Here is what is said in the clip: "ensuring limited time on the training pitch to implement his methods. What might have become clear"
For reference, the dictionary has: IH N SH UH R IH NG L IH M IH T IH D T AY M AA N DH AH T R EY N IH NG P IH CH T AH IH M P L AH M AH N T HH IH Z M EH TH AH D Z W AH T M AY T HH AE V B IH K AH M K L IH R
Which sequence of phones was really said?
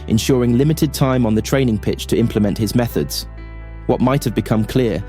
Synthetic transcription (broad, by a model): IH N SH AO R IH NG L IH M IH T IH D T AY M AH N DH AH T R EY N IH NG P IH CH T AH IH M P L AH M AH N T HH IH Z M EH TH AH D Z W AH T M AY T HH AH V B IH K AH M K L IH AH